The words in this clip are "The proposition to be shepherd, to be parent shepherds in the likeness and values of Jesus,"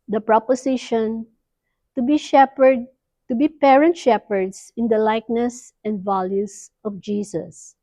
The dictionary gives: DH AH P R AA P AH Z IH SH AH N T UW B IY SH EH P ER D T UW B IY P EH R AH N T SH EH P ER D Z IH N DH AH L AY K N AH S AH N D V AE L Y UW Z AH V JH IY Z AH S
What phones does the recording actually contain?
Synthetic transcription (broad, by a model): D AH P R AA P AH S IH SH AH N T UW B IY SH EH P ER D T UW B IY P EH R AH N T SH EH P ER D S IH N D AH L AY K N AH S AH N D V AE L Y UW S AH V JH IY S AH S